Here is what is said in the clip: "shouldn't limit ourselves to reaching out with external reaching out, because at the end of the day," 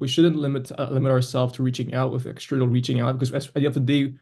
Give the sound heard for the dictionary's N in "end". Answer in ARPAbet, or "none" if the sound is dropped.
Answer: none